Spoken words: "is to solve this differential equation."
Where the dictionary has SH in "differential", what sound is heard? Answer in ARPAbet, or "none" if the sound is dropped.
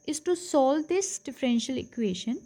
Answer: SH